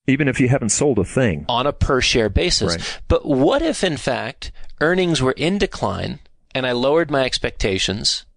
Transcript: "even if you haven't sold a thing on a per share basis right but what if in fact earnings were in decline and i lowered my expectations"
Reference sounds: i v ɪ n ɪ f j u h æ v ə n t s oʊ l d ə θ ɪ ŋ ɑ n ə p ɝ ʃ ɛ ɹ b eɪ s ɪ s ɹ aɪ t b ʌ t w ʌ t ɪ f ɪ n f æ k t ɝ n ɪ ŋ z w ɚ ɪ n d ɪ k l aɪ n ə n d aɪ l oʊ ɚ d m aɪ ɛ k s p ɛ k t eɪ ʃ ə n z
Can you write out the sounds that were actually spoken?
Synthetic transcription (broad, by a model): i v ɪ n ɪ f j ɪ h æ v n t s oʊ l d ə θ ɪ ŋ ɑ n ə p ɝ ʃ ɛ ɹ b eɪ s ɪ s b ʌ t w ʌ t ɪ f ɪ n f æ k t ɝ n ɪ ŋ z w ɚ ɪ n d ɪ k l aɪ n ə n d aɪ l oʊ ɚ d m aɪ ɛ k s p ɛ k t eɪ ʃ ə n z